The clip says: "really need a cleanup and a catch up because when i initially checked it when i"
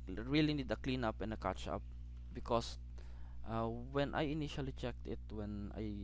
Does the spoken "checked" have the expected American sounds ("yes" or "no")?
yes